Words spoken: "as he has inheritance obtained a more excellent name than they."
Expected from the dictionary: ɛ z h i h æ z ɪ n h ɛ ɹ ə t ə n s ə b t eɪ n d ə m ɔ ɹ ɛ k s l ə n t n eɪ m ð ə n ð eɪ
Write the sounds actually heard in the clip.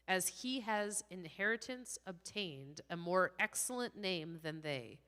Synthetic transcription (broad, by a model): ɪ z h i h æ z ɪ n h ɛ ɹ ə t ə n s ə b t eɪ n d ə m ɔ ɹ ɛ k s l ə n n eɪ m ð ə n ð eɪ